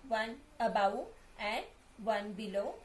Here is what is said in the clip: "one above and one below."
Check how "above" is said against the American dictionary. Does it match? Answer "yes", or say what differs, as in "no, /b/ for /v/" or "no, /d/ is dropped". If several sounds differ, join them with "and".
no, /w/ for /v/